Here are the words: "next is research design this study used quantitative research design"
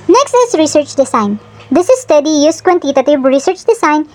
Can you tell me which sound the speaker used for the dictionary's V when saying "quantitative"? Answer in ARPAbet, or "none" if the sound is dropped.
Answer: B